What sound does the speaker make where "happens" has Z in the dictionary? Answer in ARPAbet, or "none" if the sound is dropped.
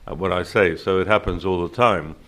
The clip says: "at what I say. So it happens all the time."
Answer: Z